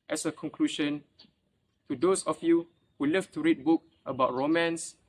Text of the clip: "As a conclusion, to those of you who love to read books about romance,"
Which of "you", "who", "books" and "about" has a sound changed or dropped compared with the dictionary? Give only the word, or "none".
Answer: books